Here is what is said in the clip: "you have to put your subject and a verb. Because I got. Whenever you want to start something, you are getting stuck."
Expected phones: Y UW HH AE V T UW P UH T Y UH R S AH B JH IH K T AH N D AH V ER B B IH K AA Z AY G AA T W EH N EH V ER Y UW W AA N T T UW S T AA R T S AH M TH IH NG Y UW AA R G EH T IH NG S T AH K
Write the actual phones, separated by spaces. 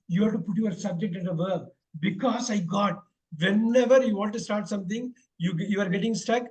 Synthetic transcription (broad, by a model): Y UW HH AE T UW P UH T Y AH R S AH B JH IH K T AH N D AH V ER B B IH K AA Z AY G AA T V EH N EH V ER Y UW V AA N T T UW S T AA R T S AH M T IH NG Y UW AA R G EH T IH NG S T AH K